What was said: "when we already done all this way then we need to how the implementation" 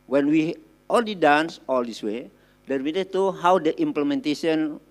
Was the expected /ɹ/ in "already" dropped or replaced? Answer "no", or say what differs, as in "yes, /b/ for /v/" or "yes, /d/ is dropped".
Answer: yes, /l/ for /ɹ/